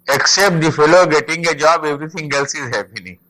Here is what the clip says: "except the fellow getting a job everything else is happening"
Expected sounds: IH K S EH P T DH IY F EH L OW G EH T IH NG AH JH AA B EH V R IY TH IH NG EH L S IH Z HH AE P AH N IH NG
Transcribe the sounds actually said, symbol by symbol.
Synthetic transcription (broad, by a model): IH K S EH P T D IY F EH L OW G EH T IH NG AH JH AA B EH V R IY T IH NG EH L S IH Z HH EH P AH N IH